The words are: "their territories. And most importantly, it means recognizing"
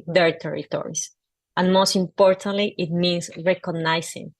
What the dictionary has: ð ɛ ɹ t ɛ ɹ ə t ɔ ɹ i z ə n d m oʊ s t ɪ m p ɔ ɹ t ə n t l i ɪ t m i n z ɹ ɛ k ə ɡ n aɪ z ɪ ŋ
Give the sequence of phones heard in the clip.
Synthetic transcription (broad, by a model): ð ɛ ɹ t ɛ ɹ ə t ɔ ɹ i s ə n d m oʊ s t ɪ m p ɔ ɹ t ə n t l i ɪ t m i n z ɹ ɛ k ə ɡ n aɪ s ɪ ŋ